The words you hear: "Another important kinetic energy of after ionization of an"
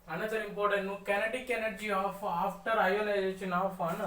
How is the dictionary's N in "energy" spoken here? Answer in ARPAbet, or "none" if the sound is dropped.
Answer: N